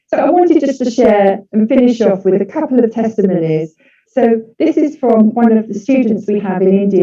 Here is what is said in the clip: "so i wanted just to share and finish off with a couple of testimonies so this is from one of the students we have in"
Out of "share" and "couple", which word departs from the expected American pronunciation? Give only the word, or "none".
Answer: none